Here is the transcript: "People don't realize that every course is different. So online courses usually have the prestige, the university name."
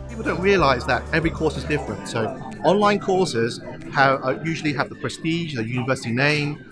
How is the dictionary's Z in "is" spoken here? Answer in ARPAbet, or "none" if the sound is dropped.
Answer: Z